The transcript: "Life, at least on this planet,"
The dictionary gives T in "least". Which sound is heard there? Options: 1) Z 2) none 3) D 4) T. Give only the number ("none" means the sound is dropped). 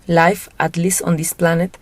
2